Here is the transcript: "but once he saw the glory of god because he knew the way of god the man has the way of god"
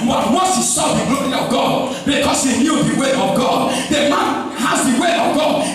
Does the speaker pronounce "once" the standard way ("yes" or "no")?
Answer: no